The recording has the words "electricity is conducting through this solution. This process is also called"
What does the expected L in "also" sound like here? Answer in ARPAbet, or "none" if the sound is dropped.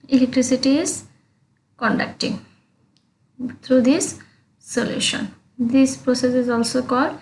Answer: L